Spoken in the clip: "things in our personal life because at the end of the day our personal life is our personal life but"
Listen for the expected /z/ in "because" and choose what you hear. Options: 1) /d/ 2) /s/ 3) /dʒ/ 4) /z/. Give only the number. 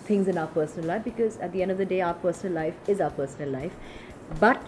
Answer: 4